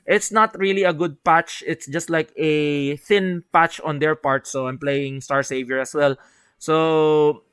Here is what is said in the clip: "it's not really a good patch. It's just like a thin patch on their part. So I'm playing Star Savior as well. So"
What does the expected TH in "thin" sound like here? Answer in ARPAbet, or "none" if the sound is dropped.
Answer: TH